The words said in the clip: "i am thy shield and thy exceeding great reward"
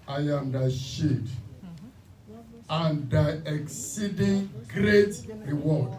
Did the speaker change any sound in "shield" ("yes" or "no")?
yes